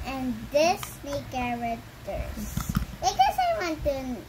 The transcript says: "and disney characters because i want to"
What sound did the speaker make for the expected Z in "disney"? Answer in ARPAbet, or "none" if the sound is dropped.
S